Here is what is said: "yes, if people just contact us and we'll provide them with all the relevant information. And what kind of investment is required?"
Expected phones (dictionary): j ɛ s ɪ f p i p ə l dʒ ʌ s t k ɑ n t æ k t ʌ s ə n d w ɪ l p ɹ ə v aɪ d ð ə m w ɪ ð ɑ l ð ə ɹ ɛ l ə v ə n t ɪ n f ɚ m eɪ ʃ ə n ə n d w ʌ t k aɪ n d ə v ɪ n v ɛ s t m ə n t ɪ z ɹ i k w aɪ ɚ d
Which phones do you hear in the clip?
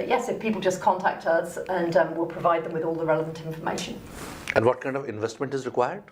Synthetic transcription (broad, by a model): j ɛ s ɪ f p i p ə l dʒ ʌ s k ɑ n t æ k t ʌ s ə n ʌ w ɪ l p ɹ ə v aɪ d ð ə m w ɪ ð ɑ l ð ə ɹ ɛ l ə v ə n t ɪ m f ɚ m eɪ ʃ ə n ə n w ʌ t k aɪ n d ə v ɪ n v ɛ s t m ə n t ɪ z ɹ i k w aɪ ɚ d